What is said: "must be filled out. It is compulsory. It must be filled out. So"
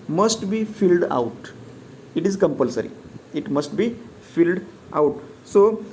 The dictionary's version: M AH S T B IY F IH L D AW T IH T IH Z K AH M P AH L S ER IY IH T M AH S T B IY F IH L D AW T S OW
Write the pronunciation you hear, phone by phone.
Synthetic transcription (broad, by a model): M AH S T B IY F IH L D AW T IH T IH Z K AH M P AH L S ER IY IH T M AH S T B IY F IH L D AW T S OW